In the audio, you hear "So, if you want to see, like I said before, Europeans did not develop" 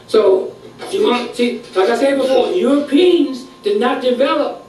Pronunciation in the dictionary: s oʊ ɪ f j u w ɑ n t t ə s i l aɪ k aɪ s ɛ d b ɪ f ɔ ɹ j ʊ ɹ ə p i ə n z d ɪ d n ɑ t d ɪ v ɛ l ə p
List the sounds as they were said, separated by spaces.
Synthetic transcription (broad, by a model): s oʊ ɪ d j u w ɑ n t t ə s i l aɪ k aɪ s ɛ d b ɪ f ɔ ɹ j ʊ ɹ ə p i ə n z d ɪ d n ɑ t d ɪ v ɛ l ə p